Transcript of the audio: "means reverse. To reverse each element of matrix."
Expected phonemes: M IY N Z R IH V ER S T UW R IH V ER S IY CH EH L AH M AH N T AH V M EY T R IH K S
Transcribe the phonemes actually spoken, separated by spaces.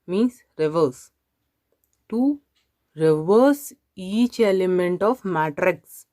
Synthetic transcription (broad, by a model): M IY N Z R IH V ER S T UW R IH V ER S IY CH EH L AH M AH N T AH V M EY T R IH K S